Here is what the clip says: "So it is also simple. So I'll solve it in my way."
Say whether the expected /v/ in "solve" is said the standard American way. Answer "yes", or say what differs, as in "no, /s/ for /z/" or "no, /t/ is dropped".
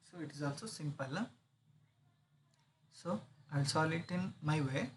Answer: no, /v/ is dropped